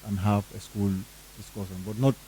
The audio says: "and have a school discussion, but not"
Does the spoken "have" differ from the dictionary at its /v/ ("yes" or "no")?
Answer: yes